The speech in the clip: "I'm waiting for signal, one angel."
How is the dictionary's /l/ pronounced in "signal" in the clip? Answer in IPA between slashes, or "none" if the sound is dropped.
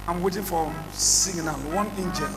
/n/